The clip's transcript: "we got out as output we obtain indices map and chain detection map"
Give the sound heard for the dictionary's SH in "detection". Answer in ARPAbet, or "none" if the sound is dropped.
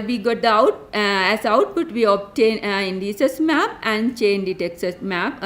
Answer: S